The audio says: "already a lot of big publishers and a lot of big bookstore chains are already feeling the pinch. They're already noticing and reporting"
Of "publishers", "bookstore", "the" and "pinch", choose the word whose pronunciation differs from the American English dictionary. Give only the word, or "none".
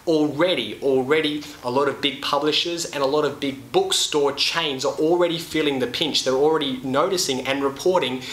none